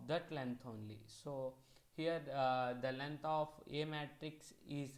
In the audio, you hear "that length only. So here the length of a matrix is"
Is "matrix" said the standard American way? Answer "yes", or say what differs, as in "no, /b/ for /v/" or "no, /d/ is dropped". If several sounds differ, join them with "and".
yes